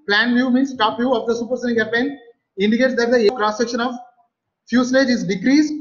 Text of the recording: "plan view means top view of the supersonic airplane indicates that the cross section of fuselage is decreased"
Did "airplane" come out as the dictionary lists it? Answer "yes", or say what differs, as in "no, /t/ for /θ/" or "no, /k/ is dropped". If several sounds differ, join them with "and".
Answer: no, /l/ is dropped